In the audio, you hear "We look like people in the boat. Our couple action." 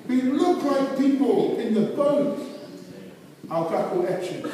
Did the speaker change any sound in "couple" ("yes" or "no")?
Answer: yes